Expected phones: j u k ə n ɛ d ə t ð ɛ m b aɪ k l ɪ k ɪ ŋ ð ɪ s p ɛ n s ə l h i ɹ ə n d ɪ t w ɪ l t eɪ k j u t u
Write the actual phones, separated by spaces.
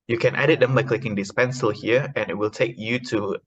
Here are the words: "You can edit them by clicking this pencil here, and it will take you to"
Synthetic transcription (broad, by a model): j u k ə n ɛ d ə t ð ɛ m b aɪ k l ɪ k ɪ ŋ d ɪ s p ɛ n s ə l h i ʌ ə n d ɪ t w ɪ l t eɪ k j u t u